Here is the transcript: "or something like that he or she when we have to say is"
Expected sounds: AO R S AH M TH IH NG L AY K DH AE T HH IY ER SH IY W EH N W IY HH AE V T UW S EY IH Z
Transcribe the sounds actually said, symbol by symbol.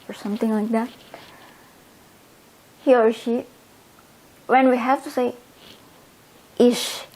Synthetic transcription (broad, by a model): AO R S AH M T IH NG L AY K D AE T HH IY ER SH IY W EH N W IY HH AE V T UW S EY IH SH